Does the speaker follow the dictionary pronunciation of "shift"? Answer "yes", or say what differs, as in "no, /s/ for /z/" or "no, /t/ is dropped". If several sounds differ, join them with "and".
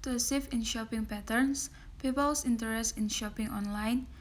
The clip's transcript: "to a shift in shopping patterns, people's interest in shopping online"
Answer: no, /s/ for /ʃ/ and /t/ is dropped